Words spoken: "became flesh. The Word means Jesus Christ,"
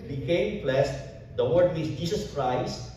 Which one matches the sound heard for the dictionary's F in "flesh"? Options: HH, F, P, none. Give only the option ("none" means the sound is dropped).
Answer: P